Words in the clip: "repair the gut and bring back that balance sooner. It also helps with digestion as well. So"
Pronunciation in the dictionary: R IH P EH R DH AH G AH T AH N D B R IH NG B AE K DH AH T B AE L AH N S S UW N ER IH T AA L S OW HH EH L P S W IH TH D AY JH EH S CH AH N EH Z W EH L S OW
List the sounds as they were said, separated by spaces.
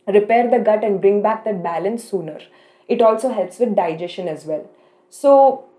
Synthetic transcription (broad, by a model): R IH P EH R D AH G AH T AH N D B R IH NG B AE K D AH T B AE L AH N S S UW N ER IH T AA L S OW HH EH L P S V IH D D AY JH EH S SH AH N EH Z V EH L S OW